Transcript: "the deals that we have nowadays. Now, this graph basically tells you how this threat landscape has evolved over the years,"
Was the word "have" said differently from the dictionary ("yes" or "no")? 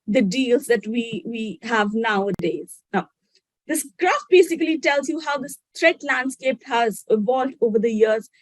no